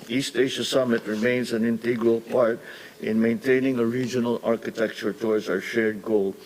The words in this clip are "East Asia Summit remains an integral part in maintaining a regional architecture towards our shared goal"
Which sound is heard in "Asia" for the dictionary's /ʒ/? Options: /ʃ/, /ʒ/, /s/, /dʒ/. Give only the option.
/ʃ/